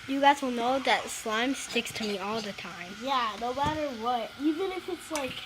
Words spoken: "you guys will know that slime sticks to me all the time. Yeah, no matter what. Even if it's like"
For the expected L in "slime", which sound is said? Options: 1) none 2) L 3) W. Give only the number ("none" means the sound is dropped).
2